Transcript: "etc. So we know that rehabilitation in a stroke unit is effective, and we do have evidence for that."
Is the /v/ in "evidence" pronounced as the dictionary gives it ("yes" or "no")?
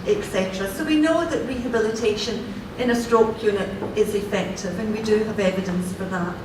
yes